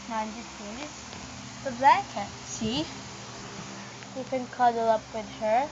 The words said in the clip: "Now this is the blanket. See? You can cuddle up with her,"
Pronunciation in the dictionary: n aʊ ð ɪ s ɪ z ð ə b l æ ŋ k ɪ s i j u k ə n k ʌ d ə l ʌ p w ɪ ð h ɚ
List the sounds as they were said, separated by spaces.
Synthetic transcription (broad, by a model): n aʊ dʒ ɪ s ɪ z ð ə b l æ k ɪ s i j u k ə n k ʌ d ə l ʌ p w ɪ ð h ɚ